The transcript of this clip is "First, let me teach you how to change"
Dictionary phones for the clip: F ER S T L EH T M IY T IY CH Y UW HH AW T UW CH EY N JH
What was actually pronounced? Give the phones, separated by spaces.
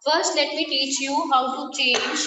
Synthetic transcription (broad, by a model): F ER S T L EH T M IY T IY CH Y UW HH AW S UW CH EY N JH